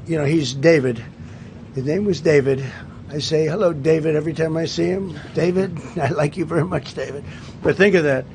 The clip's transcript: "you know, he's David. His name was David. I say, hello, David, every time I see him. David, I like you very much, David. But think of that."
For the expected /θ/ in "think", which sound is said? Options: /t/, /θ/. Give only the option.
/θ/